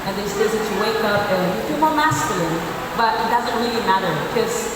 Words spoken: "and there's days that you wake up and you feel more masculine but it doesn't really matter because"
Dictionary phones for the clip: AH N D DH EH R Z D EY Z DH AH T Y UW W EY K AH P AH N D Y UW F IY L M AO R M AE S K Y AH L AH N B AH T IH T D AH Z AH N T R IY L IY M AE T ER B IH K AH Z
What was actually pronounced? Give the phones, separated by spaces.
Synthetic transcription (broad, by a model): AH N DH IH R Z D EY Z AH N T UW W EY K AH P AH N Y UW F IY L M AO R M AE S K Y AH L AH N B AH T IH T D AH Z AH N T R IY L IY M AE T ER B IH K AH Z